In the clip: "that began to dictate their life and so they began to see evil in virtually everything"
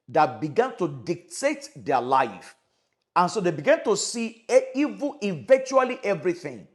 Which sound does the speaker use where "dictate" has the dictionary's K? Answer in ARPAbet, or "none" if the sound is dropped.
K